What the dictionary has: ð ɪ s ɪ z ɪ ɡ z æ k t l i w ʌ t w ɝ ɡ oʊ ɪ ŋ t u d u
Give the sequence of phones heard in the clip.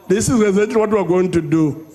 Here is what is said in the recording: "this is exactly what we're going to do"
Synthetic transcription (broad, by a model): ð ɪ s ɪ z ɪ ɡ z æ t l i w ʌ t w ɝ ɡ oʊ ɪ ŋ t u d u